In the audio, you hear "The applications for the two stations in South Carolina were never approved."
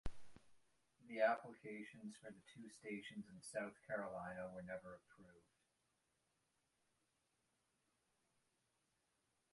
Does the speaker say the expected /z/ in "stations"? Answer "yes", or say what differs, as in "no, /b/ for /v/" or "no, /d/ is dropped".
yes